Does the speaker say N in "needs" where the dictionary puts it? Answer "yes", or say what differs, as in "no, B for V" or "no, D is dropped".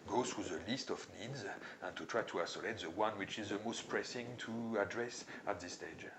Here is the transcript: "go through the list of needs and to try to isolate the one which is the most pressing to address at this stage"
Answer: yes